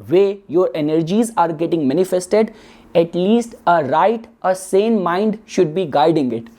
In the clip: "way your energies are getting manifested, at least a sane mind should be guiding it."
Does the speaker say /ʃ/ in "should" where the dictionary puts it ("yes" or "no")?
yes